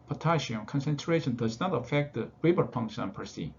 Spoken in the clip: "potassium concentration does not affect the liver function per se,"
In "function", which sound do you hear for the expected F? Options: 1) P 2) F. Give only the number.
1